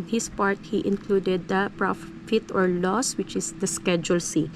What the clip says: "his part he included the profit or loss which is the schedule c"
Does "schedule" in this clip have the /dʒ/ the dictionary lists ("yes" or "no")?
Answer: yes